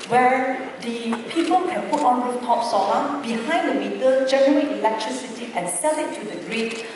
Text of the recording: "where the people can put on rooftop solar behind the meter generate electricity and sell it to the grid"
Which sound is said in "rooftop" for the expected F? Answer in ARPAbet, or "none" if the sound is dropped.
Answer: none